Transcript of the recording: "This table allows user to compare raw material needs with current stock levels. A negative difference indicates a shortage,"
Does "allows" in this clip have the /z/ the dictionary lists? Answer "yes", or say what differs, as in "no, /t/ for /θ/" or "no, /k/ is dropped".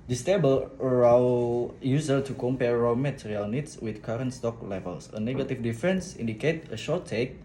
no, /z/ is dropped